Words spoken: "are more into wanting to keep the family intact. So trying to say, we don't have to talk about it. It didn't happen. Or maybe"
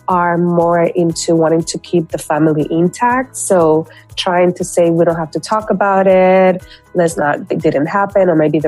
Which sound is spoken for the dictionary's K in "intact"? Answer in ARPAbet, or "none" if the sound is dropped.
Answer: K